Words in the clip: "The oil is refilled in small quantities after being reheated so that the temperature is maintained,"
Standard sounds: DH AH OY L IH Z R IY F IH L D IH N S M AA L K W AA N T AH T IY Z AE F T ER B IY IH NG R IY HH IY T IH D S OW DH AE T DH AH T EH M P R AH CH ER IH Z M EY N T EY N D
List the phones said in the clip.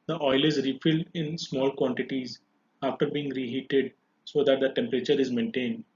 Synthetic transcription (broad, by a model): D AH OY L IH Z R IY F IH L D IH N S M AA L K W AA N T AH T IY Z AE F T ER B IY IH NG R IY HH IY T IH D S OW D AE T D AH T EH M P R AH CH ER IH Z M EY N T EY N D